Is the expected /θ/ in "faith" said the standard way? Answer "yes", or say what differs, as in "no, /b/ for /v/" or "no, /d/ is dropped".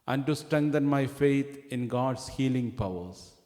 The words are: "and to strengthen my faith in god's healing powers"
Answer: no, /t/ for /θ/